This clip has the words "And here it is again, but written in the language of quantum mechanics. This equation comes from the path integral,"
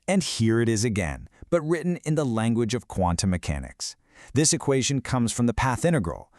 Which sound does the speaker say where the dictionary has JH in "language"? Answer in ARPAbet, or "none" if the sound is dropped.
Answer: JH